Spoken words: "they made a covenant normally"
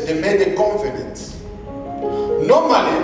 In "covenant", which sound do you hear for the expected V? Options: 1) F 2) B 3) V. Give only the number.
1